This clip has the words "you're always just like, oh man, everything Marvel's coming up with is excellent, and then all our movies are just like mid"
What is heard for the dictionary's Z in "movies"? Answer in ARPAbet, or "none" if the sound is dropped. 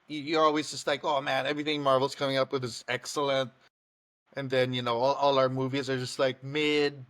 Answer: Z